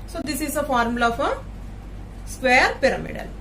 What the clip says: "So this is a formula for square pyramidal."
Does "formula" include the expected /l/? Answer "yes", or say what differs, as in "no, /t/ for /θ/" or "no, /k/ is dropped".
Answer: no, /l/ is dropped